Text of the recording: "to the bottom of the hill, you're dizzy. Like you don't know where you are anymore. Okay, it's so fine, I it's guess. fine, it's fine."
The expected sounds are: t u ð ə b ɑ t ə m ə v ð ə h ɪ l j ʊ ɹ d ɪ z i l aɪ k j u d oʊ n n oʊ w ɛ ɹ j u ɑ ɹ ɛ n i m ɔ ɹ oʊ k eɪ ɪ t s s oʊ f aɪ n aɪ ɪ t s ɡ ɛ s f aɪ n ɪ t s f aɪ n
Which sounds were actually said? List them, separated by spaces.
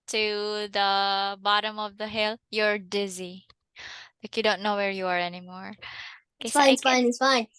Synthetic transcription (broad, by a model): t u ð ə b ɑ t ə m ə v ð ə h ɪ l j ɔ ɹ d ɪ z i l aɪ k j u d oʊ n n oʊ w ɛ ɹ j u ɑ ɹ ɛ n i m ɔ ɹ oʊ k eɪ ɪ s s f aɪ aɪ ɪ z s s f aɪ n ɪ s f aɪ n